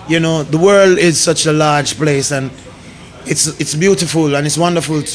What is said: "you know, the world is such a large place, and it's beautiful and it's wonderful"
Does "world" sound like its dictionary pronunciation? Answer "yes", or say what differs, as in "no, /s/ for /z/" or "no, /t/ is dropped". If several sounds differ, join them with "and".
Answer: yes